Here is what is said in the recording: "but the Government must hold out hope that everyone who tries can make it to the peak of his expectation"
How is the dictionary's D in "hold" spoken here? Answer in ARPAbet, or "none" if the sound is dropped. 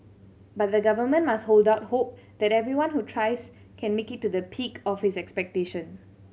D